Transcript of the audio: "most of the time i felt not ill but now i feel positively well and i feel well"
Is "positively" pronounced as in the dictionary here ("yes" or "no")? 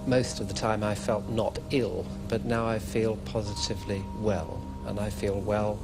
yes